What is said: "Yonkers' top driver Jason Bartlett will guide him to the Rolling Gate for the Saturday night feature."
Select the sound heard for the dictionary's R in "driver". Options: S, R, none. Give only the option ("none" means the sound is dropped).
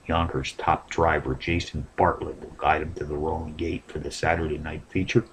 R